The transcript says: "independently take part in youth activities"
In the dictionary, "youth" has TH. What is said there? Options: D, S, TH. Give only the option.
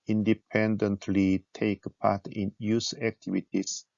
S